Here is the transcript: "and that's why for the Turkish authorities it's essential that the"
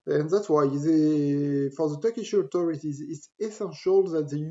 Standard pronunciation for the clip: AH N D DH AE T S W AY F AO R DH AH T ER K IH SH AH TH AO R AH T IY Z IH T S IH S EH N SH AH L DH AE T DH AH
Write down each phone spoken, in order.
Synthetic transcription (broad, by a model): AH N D DH AE T S W AY F AO R DH AH T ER K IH SH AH T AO R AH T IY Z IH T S IH S EH N SH AH L DH AE T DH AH